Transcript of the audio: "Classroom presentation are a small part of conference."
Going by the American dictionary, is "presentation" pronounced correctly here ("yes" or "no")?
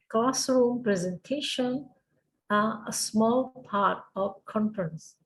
yes